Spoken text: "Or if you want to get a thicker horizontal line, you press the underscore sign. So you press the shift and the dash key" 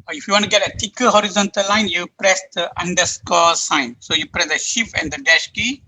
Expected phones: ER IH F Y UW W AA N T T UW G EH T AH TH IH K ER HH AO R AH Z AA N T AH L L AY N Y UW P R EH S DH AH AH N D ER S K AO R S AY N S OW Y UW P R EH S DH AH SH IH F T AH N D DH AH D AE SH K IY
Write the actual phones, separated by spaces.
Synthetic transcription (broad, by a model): IH F Y UW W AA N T T UW G EH T AH T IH K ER HH AO R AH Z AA N T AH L L AY N Y UW P R EH S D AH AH N D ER S K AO S AY N S OW Y UW P R EH S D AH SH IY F AH N D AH D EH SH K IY